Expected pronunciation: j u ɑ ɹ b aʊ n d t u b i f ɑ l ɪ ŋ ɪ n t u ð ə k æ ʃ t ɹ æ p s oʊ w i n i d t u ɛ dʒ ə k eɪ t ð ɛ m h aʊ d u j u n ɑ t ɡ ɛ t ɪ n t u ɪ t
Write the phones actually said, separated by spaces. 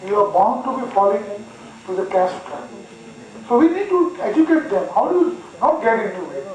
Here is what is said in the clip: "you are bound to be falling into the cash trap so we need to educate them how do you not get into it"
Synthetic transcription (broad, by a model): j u ɑ ɹ b aʊ n d t u b i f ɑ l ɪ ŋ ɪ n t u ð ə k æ s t ɑ s oʊ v i n i d t u ɛ dʒ ə k eɪ t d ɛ m h aʊ d u j u n ɑ t ɡ ɛ t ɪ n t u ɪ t